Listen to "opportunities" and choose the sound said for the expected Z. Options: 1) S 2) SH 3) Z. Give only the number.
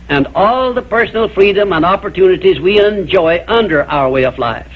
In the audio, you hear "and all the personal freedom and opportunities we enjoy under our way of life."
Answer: 3